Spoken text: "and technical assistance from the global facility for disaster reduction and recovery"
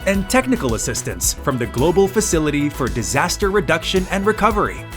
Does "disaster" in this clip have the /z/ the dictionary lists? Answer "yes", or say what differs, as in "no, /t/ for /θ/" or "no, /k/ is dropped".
yes